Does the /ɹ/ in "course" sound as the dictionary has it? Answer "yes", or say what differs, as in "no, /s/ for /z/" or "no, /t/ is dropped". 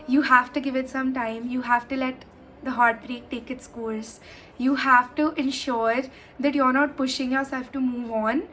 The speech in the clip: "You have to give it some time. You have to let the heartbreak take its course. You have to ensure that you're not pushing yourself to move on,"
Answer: no, /l/ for /ɹ/